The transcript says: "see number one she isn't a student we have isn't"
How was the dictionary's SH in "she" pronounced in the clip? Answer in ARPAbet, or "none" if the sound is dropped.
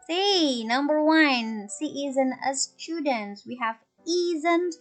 S